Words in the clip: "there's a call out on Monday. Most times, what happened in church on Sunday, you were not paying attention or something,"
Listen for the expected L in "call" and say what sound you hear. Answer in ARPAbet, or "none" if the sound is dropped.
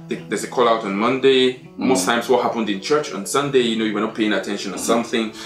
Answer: L